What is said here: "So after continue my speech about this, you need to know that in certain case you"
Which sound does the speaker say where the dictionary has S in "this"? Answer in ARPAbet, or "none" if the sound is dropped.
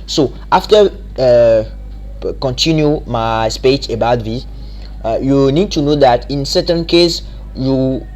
none